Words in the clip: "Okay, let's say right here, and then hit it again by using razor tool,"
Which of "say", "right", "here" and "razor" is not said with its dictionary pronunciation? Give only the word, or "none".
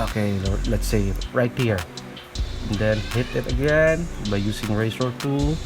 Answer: razor